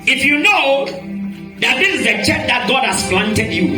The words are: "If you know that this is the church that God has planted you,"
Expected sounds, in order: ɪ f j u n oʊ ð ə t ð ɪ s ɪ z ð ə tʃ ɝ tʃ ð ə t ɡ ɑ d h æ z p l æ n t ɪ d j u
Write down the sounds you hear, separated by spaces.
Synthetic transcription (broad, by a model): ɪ f j u n oʊ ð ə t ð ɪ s ɪ z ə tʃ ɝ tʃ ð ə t ɡ ɑ d h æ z f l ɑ n t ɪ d j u